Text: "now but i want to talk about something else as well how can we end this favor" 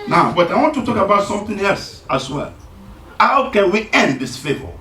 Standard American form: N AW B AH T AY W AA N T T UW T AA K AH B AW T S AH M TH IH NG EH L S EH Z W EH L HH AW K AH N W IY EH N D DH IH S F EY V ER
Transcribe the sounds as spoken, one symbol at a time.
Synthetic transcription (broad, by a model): N AW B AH T AY W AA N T T UW T AA K AH B AW T S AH M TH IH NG EH L S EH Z W EH L HH AW K AH N W IY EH N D DH IH S F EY V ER